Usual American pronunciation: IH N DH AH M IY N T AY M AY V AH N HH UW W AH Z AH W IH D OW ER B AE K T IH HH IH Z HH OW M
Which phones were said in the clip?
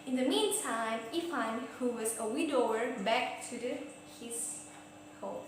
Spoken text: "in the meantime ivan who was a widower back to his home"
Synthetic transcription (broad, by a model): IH N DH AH M IY N T AY M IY F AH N HH UW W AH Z AH W IH D OW ER B AE K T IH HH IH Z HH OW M